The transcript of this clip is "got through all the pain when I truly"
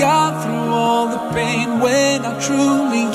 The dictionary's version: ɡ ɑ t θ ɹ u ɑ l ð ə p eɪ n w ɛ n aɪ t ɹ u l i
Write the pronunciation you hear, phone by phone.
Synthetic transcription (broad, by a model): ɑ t θ ɹ u ɑ l ð ə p eɪ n w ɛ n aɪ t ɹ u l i